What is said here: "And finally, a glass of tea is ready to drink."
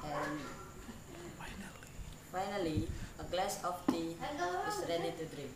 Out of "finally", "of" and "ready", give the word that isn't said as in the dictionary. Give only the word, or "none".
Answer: of